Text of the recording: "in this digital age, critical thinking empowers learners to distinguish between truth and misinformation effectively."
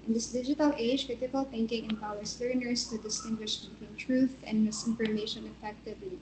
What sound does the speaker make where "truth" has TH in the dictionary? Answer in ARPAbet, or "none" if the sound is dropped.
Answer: TH